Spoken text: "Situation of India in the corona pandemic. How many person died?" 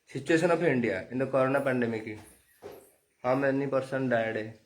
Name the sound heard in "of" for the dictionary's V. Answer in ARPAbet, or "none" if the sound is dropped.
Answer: P